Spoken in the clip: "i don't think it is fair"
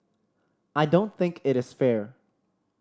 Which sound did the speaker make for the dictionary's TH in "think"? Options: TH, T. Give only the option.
TH